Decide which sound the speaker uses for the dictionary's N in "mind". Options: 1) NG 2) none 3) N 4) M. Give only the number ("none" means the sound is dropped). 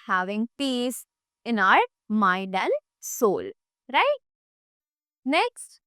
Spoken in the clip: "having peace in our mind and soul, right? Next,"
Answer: 2